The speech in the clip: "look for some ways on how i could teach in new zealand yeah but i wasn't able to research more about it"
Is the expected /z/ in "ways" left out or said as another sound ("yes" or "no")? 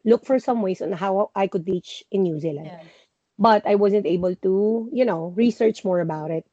yes